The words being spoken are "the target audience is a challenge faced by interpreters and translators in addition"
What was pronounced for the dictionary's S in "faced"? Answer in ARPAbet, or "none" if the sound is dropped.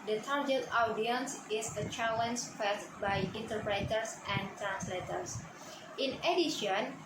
none